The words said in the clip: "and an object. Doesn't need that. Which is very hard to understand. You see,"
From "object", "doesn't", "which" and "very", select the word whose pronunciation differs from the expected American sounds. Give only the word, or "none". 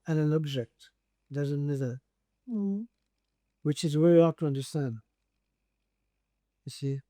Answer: very